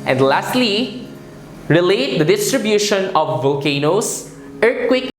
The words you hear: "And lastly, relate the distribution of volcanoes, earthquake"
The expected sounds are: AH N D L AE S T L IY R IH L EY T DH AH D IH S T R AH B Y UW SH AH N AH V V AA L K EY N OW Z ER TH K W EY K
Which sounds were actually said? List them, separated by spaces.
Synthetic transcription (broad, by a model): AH N D L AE S T L IY R IH L EY T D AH D IH S T R AH B Y UW SH AH N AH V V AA K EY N OW S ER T K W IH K